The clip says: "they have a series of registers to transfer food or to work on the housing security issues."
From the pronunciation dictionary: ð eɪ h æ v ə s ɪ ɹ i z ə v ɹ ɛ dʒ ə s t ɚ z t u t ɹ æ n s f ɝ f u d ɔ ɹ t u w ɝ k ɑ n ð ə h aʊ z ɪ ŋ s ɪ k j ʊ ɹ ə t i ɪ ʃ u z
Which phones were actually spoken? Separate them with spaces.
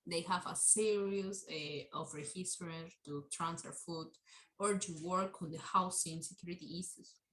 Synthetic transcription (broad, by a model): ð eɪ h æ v ə s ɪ ɹ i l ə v ɹ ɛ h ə s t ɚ t u t ɹ æ n s f ɝ f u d ɔ ɹ t u w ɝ k ɑ n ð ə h aʊ s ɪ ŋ s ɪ k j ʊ ɹ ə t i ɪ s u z